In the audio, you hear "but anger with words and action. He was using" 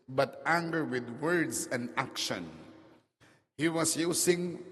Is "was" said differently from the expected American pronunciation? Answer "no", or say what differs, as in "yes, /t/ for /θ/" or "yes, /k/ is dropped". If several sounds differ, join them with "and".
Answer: yes, /s/ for /z/